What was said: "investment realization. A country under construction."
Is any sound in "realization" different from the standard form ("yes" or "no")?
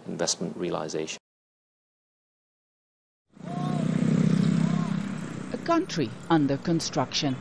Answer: yes